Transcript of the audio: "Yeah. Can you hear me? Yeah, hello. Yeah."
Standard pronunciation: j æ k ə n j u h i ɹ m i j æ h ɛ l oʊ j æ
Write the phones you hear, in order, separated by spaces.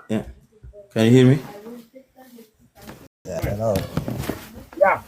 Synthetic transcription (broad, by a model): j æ k ə n j u h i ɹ m i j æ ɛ n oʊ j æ